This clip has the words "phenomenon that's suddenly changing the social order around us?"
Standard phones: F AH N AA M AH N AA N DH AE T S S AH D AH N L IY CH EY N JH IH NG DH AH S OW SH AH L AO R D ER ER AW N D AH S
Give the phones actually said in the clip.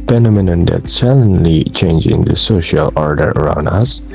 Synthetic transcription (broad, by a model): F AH N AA M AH N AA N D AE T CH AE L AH N L IY CH EY N JH IH NG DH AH S OW SH AH L AO R D ER ER AW N D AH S